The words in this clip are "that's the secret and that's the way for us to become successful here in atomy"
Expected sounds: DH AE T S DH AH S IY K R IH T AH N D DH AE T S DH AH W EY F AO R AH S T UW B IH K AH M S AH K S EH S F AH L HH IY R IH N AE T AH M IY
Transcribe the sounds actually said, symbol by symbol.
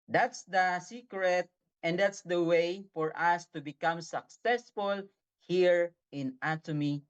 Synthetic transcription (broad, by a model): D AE T S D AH S IY K R IH T AH N D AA T S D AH W EY F AO R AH S T UW B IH K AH M S AH K S EH S F AH L HH IY R IH N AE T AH M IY